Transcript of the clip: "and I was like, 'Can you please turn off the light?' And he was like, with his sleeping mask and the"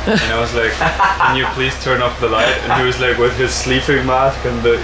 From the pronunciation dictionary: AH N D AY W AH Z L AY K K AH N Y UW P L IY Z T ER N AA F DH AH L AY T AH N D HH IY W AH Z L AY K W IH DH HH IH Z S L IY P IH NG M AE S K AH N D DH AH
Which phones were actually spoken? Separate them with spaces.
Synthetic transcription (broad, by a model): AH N AY W AH Z L AY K K AH N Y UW P L IY Z T ER N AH P DH AH L AY T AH N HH IY W AH Z L AY K W IH DH IH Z S L IY P IH NG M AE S K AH N DH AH